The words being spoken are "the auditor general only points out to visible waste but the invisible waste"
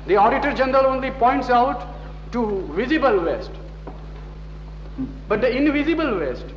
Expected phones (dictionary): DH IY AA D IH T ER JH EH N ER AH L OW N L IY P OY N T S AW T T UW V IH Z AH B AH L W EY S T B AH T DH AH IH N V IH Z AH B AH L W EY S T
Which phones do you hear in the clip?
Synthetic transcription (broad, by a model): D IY AA D IH T ER JH EH N ER AH L OW N L IY P OY N T S AW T T UW V IH Z AH B AH L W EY S T B AH T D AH IH N V IH Z AH B AH L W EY S T